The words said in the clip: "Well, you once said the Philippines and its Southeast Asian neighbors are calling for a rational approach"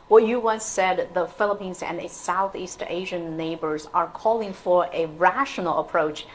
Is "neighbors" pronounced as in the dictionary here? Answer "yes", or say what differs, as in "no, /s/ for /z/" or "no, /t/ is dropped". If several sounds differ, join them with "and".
yes